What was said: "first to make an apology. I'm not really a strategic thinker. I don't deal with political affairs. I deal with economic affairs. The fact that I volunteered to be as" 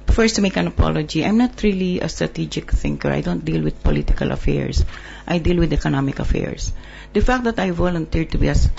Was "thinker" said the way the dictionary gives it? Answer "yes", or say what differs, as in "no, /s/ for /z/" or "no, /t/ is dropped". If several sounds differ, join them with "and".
yes